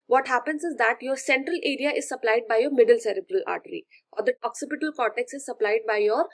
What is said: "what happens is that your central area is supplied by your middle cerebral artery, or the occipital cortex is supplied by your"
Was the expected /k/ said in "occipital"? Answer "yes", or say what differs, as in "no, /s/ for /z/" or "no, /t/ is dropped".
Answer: yes